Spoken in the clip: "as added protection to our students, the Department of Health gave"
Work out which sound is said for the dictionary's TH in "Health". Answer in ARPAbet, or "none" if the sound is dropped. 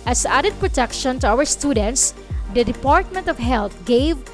T